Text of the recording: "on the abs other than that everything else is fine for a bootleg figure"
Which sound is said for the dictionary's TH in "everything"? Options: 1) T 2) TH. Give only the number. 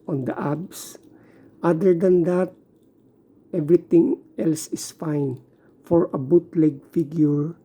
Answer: 1